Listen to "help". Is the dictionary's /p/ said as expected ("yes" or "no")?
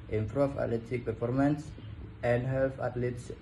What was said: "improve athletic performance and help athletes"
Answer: no